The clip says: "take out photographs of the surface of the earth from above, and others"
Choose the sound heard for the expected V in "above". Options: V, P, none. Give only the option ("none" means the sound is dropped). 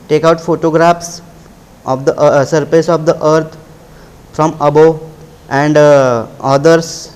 none